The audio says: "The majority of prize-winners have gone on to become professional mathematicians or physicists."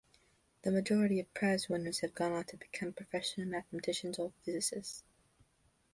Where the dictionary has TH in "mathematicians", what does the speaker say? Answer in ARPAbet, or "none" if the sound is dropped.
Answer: TH